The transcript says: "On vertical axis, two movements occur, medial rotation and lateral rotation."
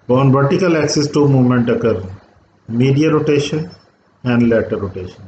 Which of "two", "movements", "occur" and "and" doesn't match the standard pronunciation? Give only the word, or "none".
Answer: movements